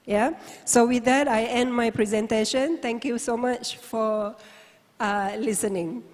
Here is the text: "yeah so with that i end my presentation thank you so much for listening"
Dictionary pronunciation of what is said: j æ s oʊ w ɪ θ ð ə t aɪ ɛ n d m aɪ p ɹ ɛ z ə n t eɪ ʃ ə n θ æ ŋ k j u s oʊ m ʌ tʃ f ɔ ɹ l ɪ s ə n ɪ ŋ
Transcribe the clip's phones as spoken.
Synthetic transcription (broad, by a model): j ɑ s oʊ w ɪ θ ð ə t aɪ ɛ n d m aɪ p ɹ ɛ z ə n t eɪ ʃ ə n t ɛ ŋ k j u s oʊ m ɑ tʃ f ɔ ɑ l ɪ s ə n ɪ ŋ